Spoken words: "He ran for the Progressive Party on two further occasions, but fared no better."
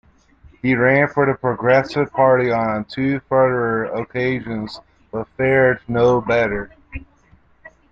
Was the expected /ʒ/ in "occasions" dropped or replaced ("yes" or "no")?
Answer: no